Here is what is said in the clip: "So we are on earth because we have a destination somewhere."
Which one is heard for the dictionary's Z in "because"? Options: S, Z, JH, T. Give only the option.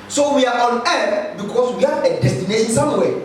S